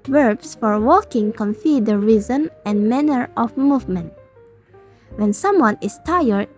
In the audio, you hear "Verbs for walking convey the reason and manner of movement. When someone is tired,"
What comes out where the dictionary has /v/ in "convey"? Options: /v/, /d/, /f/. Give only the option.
/f/